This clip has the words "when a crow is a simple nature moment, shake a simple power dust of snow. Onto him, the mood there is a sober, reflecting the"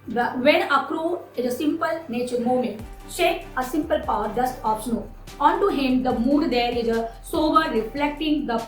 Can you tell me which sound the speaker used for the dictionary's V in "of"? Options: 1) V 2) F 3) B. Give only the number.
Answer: 3